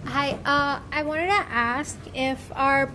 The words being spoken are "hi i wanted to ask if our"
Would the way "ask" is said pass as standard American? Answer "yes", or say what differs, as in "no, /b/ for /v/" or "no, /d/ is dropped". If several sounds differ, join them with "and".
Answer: yes